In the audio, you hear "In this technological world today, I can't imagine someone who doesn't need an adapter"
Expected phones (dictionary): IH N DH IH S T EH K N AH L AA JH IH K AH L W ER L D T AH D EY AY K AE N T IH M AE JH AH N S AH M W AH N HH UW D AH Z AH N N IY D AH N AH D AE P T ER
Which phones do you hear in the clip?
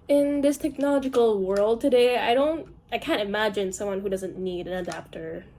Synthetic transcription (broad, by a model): IH N DH IH S T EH K N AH L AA JH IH K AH L W ER L D T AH D EY AY K AE N T IH M AE JH AH N S AH M W AH N HH UW D AH Z AH N N IY D AH N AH D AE P T ER